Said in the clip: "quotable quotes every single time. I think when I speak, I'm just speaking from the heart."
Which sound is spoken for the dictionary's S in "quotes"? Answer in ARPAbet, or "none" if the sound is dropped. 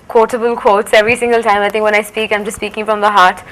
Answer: S